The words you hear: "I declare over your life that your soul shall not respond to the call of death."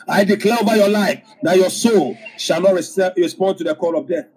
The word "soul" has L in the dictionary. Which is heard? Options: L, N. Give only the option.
L